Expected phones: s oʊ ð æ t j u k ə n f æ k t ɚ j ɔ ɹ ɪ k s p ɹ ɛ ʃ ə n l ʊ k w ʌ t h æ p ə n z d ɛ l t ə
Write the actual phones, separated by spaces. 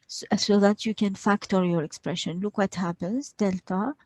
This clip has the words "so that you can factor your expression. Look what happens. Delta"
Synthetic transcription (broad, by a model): s oʊ ð æ t j u k ə n f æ k t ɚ j ɔ ɹ ɪ k s p ɹ ɛ ʃ ə n l ʊ k w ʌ t h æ p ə n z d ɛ l t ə